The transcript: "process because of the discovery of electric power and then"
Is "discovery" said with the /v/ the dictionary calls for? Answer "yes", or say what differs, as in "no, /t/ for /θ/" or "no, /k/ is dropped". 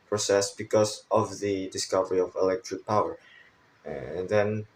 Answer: yes